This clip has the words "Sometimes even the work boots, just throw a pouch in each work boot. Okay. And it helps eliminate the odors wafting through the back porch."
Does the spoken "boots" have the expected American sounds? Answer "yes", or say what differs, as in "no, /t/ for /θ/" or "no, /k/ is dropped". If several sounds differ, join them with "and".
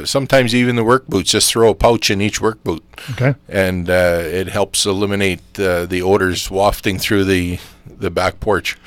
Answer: no, /s/ is dropped